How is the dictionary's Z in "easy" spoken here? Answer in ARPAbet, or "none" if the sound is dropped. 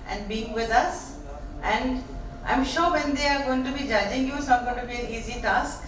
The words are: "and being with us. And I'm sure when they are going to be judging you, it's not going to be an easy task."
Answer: Z